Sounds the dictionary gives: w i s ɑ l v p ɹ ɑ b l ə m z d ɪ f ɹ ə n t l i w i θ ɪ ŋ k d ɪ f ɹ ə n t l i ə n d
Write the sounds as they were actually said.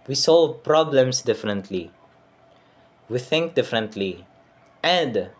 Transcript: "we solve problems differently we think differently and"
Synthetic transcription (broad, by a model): w i s ɑ l v p ɹ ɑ b l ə m s d ɪ f ɹ ə n t l i w i θ ɪ ŋ k d ɪ f ɹ ə n t l i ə n d